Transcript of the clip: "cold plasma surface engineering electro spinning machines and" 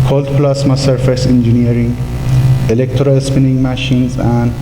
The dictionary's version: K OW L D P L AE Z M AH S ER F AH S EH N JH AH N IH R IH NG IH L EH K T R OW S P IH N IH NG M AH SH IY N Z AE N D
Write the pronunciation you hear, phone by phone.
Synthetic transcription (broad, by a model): K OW L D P L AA S M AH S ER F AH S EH N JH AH N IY R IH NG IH L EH K T R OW S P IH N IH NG M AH SH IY N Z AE N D